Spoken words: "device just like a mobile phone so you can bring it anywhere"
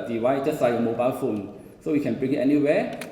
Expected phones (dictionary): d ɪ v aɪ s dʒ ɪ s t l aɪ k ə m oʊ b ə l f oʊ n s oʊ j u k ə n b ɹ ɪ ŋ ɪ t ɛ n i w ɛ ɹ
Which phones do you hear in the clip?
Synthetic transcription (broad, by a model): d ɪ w aɪ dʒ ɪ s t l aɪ ə m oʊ b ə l f oʊ n s oʊ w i k ə n b ɹ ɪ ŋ ɪ t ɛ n i w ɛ